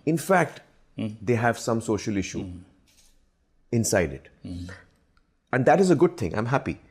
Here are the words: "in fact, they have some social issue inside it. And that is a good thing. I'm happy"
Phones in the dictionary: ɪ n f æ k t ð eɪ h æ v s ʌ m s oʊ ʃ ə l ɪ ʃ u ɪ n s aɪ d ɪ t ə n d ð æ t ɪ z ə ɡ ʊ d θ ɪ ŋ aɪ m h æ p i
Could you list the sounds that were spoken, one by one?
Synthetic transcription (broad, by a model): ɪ n f æ k t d eɪ h æ v s ʌ m s oʊ ʃ ə l ɪ ʃ u ɪ n s aɪ d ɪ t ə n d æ t ɪ z ə ɡ ʊ d t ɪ ŋ aɪ m h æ p i